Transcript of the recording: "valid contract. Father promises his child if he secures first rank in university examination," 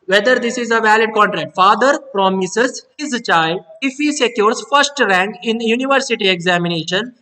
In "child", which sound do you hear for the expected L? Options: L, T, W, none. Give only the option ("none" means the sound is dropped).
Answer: L